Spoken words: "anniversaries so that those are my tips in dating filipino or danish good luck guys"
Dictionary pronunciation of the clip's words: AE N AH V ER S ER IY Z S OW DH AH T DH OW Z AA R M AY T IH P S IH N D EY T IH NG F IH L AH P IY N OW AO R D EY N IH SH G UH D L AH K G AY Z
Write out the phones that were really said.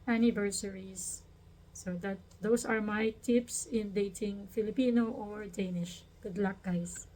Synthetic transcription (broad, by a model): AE N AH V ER S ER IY S OW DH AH T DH OW S AA R M AY T IH P S IH N D EY T IH NG F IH L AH P IY N OW AO R D EY N IH SH G UH D L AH K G AY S